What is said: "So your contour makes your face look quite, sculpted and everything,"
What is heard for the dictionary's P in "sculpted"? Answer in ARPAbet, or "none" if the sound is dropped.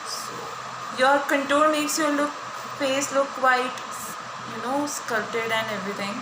none